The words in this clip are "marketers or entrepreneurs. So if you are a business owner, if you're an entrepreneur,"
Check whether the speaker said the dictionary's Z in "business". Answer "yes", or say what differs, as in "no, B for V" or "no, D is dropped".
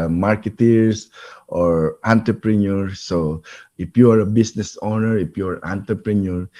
no, S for Z